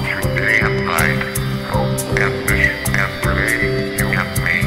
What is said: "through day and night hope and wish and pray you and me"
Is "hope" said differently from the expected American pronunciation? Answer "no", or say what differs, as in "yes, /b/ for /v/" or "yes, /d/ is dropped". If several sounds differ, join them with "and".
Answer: yes, /p/ is dropped